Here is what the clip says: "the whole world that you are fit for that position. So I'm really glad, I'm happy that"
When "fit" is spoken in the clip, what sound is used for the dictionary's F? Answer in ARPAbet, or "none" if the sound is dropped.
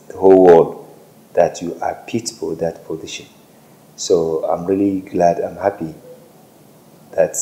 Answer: P